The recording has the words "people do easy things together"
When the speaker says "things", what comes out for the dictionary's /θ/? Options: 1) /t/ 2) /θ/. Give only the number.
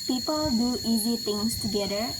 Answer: 1